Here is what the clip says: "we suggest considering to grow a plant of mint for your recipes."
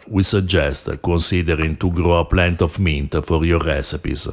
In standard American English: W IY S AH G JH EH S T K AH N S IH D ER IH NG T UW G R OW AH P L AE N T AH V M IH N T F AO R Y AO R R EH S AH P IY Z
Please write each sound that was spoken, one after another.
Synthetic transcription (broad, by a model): W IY S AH JH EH S T K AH N S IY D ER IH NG T UW G R OW AH P L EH N T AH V M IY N T F AO R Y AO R R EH S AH P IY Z